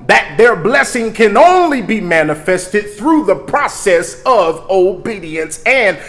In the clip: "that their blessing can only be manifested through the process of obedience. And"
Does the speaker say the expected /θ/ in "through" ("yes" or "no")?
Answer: yes